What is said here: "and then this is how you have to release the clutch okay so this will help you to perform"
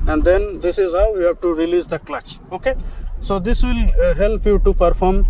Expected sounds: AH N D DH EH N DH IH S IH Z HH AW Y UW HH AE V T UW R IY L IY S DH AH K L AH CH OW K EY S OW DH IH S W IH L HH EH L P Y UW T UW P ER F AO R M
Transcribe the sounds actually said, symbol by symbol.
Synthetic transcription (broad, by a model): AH N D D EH N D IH S IH Z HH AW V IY HH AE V T UW R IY L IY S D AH K L AH CH OW K EY S OW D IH S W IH L HH EH L P Y UW T UW P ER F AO R M